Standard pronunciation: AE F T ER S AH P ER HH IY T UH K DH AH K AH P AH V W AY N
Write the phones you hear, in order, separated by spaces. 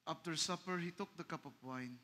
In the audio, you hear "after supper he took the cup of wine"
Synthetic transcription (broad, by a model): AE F T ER S AH P ER HH IY T UH K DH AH K AH P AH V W AY N